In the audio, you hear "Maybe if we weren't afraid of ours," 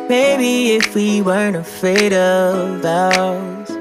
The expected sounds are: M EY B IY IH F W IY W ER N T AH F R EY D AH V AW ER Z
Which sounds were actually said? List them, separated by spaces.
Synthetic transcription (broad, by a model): M EY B IY IH F W IY W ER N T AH F EY D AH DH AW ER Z